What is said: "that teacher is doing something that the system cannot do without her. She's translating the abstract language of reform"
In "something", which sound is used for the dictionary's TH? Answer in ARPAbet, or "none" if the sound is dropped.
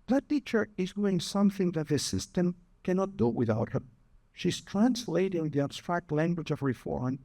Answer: TH